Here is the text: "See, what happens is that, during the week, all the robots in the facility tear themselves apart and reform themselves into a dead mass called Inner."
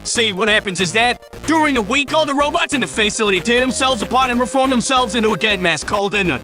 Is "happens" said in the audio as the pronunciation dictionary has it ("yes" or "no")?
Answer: yes